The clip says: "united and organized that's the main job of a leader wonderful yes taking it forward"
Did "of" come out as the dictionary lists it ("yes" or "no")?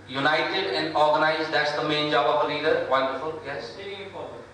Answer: no